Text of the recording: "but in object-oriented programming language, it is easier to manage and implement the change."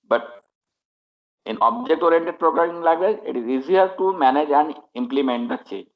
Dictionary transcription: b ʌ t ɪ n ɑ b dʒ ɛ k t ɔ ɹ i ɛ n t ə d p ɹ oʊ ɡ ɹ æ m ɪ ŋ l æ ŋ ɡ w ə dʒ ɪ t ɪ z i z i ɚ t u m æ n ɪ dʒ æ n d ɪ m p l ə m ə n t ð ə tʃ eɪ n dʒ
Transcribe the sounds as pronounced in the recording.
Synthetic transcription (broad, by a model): b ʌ t ɪ n ɑ b dʒ ɛ k t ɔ ɹ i n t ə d p ɹ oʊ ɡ ɹ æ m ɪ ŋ l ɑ ɡ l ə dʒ ɪ t ɪ z i z i ɚ t u m æ n ɪ dʒ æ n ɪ m p l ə m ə n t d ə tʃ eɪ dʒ